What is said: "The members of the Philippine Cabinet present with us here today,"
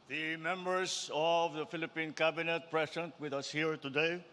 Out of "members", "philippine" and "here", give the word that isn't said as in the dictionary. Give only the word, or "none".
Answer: members